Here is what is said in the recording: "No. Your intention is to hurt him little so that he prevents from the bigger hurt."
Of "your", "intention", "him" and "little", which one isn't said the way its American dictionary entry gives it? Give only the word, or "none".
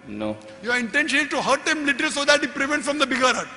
none